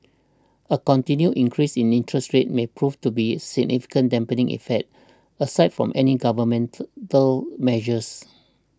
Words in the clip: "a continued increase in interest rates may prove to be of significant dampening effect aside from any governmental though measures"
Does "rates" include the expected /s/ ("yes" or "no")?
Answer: no